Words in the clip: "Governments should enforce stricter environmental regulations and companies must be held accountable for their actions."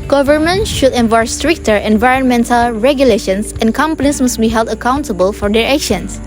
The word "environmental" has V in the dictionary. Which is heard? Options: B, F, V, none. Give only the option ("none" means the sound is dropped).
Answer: V